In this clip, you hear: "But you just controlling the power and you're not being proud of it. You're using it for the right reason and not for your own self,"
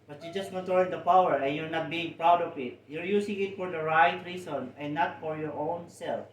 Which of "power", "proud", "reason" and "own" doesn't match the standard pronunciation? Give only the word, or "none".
reason